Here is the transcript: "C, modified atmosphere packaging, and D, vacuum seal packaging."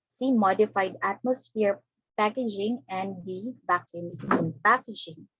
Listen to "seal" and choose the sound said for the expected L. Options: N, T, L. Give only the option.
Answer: N